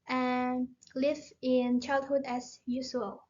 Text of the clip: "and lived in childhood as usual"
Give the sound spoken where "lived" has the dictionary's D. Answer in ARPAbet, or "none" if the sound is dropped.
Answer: none